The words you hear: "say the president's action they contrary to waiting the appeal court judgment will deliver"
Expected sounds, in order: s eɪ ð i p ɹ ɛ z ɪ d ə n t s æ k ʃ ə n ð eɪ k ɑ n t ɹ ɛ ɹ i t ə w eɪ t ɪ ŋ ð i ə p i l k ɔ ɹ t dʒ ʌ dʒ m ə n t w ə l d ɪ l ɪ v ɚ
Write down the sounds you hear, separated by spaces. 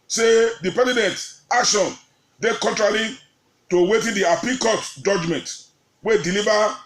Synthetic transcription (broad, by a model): s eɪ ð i p ɹ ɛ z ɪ d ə n t ɑ k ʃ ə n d eɪ k ɑ n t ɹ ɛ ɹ i t ə w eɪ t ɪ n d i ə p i k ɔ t dʒ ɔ dʒ m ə n t w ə d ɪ l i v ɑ